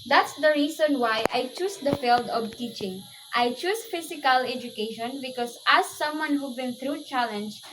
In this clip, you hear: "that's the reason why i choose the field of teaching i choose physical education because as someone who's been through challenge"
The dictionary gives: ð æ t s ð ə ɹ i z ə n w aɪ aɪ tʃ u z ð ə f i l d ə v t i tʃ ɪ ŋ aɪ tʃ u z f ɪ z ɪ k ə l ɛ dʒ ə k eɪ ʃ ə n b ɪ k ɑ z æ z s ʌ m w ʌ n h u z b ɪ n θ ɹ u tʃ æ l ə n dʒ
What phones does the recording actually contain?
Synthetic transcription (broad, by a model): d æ t s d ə ɹ i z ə n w aɪ aɪ tʃ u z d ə f i l d ə v t i tʃ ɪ ŋ aɪ tʃ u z f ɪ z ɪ k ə l ɛ dʒ ə k eɪ ʃ ə n b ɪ k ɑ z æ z s ʌ m w ʌ n h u b ɪ n t ɹ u tʃ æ l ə n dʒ